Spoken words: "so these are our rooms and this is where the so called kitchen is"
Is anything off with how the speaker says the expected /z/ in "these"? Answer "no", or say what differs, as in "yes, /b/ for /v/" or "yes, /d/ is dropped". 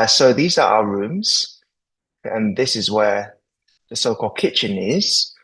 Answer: no